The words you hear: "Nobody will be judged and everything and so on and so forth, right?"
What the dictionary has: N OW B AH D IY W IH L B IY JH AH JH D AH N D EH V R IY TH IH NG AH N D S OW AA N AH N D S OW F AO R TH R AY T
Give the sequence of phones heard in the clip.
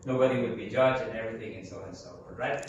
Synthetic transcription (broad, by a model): N OW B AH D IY W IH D B IY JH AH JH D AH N EH V R IY TH IH NG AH N S OW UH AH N S OW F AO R R AY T